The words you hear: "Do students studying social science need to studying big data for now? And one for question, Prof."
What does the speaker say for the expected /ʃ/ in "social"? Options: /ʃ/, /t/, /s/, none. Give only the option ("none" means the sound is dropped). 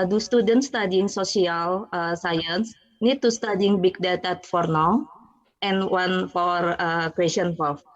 /s/